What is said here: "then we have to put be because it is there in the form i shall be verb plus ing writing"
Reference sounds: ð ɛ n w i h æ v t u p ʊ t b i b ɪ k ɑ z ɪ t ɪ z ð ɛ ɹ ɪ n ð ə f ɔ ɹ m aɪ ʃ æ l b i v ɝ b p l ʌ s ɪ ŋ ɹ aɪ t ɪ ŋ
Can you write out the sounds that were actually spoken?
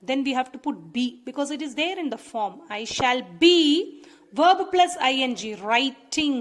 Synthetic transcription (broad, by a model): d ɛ n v i h æ v t u p ʊ t b i b ɪ k ɑ z ɪ t ɪ z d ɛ ɹ ɪ n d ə f ɔ ɹ m aɪ ʃ æ l b i v ɝ b p l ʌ s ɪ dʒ ɹ aɪ t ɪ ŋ